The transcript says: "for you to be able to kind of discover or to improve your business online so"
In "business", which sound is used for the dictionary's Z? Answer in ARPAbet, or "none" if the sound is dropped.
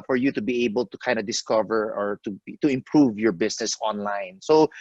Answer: S